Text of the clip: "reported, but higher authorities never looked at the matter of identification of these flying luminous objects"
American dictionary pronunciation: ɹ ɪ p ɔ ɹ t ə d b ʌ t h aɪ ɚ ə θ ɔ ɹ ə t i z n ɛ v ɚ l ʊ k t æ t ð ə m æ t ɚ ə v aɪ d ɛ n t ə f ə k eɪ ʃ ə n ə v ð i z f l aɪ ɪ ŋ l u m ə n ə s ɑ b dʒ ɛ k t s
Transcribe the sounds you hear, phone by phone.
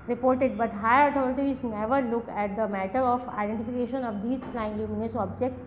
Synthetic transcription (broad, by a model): ɹ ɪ p ɔ ɹ t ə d b ʌ t h aɪ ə t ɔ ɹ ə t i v n ɛ v ɚ l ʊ k æ t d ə m æ t ɚ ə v aɪ d ɛ n t ə f ə k eɪ ʃ ə n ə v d i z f l aɪ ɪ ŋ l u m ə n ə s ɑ b dʒ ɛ k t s